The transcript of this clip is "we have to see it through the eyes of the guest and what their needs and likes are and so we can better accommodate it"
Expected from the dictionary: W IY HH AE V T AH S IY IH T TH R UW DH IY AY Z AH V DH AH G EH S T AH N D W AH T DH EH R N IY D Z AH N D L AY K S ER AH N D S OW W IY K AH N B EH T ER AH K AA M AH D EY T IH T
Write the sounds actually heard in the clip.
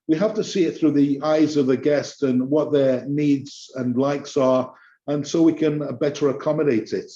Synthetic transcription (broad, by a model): W IY HH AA F T AH S IY IH T TH R UW DH IY AY Z AH V DH AH G EH S T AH N W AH T DH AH R N IY D Z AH N L AY K S ER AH N S OW W IY K AH N B EH T ER AH K AA M AH D EY T IH T